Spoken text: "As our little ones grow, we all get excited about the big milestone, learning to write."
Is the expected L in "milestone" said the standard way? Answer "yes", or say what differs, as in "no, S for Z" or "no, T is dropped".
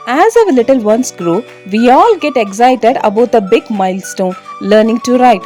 yes